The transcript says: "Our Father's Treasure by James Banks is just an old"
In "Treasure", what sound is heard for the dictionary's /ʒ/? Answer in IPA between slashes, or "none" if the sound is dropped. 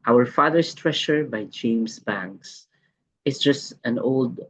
/ʃ/